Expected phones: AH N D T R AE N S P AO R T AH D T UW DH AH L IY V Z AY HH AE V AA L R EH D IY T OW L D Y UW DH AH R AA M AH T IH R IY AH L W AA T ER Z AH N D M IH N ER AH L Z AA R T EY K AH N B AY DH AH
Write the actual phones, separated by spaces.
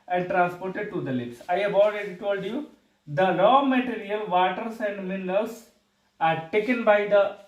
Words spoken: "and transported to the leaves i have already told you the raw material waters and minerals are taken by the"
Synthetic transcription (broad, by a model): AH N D T R AE N S P AO R T AH D T UW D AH L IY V S AY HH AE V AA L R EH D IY T OW L D Y UW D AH L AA M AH T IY R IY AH L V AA T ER S AH N D M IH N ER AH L S AA R T EY K AH N B AY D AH